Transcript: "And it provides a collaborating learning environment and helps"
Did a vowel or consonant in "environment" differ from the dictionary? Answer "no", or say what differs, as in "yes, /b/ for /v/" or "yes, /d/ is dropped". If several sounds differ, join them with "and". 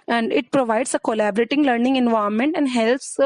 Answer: yes, /ɹ/ is dropped